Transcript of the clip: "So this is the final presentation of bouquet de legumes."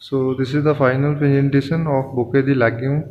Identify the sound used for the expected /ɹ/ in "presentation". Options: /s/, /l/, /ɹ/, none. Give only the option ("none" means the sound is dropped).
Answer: none